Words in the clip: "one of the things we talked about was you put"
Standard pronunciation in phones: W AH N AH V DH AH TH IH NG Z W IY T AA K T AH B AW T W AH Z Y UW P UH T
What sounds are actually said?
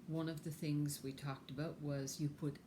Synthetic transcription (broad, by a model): W AH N AH V DH AH TH IH NG Z W IY T AA K T AH B AW T W AH Z Y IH P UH T